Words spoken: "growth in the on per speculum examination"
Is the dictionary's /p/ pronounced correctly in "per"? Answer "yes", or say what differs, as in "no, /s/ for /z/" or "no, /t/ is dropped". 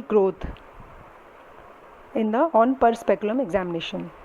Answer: yes